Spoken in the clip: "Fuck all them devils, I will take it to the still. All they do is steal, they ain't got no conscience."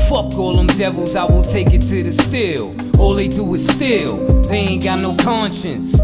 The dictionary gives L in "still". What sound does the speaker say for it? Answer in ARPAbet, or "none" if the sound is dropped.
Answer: L